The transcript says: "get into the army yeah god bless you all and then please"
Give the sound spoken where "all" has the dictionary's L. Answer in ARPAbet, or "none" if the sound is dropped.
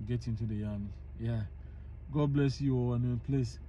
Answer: W